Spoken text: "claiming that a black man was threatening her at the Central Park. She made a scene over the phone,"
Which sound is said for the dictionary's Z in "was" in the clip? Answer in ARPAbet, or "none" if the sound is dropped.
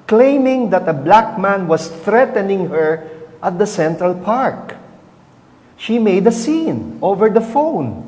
S